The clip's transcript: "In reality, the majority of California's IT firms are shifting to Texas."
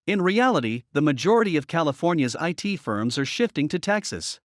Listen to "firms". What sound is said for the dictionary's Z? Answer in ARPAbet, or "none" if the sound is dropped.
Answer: Z